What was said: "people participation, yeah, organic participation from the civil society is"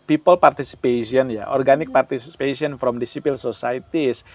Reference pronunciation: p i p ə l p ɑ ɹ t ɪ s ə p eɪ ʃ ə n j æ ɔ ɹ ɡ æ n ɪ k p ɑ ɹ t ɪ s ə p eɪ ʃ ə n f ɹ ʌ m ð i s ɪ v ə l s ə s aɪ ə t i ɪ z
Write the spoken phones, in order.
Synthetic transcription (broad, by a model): p i p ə l p ɑ ɹ t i s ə p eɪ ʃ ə n j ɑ ɔ ɹ ɡ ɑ n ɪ k p ɑ ɹ t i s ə p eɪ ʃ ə n f ɹ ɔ m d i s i p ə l s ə s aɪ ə t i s